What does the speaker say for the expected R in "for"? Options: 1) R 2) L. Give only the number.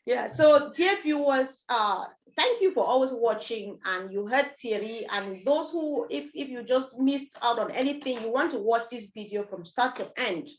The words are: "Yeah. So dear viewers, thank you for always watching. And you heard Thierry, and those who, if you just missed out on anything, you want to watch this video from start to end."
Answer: 1